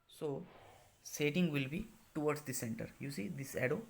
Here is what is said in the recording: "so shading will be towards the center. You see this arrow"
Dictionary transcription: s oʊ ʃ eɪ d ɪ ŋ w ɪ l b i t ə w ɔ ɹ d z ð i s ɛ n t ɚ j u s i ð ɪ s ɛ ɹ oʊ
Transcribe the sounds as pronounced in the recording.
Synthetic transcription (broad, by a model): s oʊ s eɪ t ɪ ŋ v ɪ l b i t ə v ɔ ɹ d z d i s ɛ n t ɚ j u s i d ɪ s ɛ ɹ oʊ